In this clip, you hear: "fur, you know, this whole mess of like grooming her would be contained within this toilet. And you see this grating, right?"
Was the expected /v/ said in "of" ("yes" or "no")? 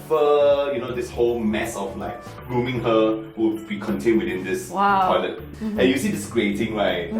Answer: no